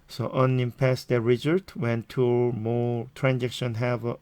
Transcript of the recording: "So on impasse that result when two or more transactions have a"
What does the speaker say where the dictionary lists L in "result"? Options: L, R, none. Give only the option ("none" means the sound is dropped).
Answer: none